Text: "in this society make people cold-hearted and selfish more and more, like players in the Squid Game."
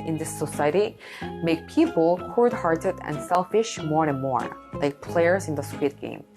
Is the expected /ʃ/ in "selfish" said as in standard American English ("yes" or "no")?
yes